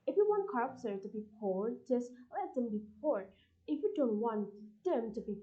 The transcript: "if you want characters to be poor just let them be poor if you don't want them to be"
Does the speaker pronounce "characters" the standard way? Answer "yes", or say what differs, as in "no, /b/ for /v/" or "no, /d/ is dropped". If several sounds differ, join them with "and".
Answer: no, /z/ is dropped